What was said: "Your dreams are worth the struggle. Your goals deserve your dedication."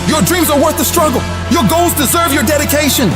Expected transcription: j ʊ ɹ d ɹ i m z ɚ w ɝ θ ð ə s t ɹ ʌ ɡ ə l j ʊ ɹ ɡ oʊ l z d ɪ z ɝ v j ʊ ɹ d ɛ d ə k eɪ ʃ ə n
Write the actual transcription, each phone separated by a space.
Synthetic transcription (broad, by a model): j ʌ ɹ d ɹ i m z ɚ w ɝ θ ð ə s t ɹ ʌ ɡ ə l j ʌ ɹ ɡ oʊ l z d ɪ z ɝ v j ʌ ɹ d ɛ d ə k eɪ ʃ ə n